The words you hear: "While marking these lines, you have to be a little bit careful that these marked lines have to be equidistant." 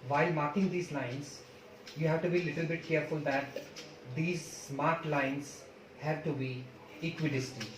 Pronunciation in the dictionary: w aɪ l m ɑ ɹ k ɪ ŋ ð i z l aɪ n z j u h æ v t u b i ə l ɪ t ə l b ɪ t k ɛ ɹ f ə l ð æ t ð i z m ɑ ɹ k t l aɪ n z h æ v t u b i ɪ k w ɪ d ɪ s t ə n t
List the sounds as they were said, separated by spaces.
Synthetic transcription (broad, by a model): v aɪ l m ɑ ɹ k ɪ ŋ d i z l aɪ n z j u h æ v t u b i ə l ɪ t ə l b ɪ t k ɛ ɹ f ə l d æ t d i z m ɑ ɹ t l aɪ n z h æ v t u b i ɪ k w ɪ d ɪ s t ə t